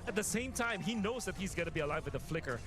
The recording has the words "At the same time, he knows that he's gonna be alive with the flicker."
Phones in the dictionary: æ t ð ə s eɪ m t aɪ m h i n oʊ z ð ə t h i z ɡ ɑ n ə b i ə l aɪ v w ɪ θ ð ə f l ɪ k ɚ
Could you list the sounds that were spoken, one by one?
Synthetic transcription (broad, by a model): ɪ t ð ə s eɪ m t aɪ m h i n oʊ z ð ə t h i z ɡ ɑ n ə b i ə l aɪ v w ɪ ð ə f l ɪ k ɚ